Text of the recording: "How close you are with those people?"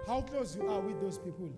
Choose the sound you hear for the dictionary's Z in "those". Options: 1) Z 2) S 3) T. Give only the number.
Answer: 2